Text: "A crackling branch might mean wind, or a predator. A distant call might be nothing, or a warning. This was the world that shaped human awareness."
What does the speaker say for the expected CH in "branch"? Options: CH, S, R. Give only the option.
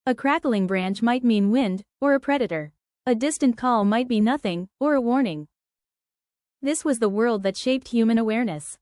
CH